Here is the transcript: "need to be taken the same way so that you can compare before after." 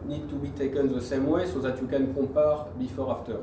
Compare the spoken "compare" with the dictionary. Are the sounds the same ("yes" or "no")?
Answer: no